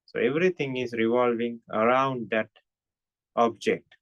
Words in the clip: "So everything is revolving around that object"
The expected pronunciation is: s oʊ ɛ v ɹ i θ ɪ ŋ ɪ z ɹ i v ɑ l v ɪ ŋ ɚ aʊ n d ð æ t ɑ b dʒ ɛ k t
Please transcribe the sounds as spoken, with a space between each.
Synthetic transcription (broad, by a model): s oʊ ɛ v ɹ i t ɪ ŋ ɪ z ɹ i v ɑ l v ɪ ŋ ɚ aʊ n d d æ t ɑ b dʒ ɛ k t